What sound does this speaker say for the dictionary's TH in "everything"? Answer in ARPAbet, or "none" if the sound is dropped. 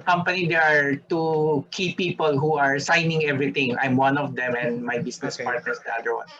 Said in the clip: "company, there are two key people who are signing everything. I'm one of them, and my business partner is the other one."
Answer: T